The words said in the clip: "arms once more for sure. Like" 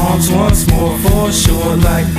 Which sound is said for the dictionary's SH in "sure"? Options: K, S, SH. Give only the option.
SH